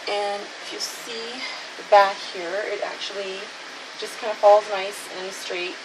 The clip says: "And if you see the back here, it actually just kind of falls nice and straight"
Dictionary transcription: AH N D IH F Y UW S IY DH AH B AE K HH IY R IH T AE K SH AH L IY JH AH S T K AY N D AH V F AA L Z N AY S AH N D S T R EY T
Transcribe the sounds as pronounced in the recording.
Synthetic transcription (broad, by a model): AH N IH F Y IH S IY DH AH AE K HH IY R IH T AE K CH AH L IY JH AH S K AY N D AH F AA L Z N AY S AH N S T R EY T